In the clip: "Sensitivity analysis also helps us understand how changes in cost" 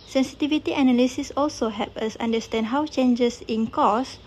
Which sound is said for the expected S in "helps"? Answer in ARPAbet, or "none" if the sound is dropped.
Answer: none